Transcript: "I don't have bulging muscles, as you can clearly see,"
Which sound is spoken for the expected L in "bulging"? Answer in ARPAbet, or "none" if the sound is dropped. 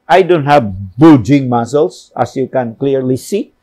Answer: none